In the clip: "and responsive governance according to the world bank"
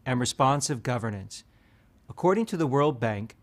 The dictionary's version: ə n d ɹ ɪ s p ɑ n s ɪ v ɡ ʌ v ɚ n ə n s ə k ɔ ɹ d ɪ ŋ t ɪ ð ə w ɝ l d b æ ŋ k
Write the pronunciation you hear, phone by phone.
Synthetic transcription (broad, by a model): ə n ɹ ɪ s p ɑ n s ɪ v ɡ ʌ v ɚ n ə n s ə k ɔ ɹ d ɪ ŋ t ɪ ð ə w ɝ l d b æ ŋ k